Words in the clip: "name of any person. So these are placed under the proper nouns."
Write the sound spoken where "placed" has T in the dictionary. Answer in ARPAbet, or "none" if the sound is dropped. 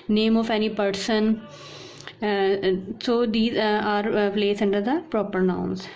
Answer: none